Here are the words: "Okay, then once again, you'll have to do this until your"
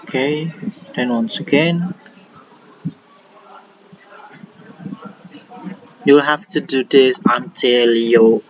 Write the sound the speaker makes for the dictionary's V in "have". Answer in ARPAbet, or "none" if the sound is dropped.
F